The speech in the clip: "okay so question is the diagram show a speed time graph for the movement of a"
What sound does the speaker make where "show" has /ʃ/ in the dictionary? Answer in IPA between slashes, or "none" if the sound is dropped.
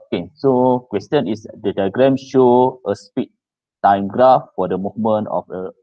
/ʃ/